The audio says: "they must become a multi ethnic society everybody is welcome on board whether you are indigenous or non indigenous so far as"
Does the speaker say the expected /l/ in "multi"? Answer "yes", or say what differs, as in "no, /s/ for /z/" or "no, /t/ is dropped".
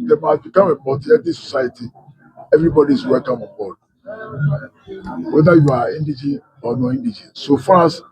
no, /l/ is dropped